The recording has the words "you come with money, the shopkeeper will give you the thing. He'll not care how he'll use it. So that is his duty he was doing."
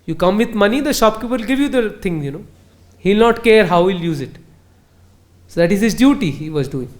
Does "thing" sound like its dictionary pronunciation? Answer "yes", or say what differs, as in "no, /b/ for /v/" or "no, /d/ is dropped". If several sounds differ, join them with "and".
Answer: no, /t/ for /θ/